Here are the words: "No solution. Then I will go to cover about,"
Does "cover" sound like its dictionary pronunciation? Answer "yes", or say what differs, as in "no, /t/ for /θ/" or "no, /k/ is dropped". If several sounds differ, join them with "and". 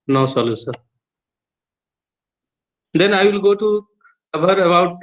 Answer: no, /b/ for /v/